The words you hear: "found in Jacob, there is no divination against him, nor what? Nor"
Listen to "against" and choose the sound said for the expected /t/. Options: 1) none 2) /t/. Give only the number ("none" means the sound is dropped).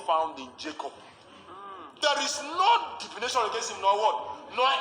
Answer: 1